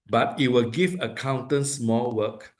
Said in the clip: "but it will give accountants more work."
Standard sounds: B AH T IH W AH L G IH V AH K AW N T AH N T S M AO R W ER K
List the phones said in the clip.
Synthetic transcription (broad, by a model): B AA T IH W AH L G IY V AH K AW N T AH N S M AO L W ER K